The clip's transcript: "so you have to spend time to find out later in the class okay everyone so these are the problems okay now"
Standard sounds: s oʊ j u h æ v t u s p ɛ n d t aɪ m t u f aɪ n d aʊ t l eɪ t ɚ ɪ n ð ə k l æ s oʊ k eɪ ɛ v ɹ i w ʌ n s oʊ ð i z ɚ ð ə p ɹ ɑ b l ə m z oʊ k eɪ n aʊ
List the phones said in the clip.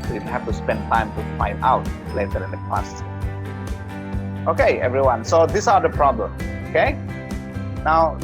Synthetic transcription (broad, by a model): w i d h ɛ f t u s p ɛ n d t aɪ m t u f aɪ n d aʊ t l eɪ t ɚ ɪ n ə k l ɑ s oʊ k eɪ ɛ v ɹ i w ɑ n s oʊ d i s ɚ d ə p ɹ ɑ b l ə m oʊ k eɪ n aʊ